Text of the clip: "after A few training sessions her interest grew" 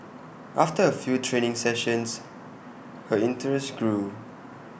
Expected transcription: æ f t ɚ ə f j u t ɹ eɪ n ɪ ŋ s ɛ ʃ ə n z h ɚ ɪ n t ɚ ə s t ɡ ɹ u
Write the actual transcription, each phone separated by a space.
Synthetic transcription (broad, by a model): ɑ f t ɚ ə f j u t ɹ eɪ n ɪ ŋ s ɛ ʃ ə n s h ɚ ɪ n t ɚ ə s t ɡ ɹ u